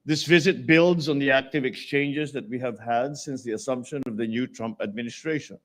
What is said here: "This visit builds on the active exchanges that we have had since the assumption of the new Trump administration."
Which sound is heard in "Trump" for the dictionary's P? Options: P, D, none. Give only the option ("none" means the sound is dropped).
P